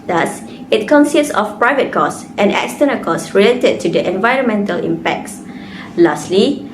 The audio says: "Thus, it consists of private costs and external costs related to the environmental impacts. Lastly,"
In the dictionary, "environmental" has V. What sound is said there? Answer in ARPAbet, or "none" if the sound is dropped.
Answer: V